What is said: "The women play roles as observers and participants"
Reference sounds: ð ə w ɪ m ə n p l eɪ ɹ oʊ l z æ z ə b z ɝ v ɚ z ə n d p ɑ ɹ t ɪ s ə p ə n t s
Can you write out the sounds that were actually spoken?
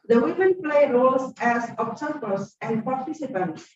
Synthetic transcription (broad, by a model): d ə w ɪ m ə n p l eɪ ɹ oʊ l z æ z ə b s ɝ p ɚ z ə n d p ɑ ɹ t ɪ s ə p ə n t s